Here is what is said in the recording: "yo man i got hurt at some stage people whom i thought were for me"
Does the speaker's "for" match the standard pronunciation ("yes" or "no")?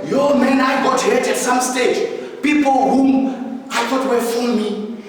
no